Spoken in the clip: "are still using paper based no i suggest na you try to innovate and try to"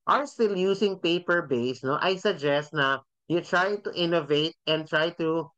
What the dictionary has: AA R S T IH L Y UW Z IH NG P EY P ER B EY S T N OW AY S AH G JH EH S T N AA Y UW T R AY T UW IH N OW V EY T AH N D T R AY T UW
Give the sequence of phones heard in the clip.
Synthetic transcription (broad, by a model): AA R S T IH L Y UW S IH NG P EY P ER B EY S N OW AY S AH G JH EH S T N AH Y UW T R AY T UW IH N OW V EY T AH N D T R AY T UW